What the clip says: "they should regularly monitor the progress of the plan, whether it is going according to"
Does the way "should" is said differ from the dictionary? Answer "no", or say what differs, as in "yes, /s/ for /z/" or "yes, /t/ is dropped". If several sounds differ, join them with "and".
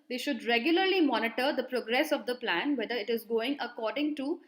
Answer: no